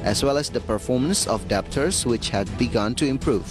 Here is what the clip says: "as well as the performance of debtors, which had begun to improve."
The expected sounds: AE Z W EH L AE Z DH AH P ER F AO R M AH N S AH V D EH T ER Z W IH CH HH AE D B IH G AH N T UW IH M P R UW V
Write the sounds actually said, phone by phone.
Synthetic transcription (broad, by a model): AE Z W EH L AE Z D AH P ER F AO R M AH N S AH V D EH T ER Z W IH CH HH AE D B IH G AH N T UW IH M P R UW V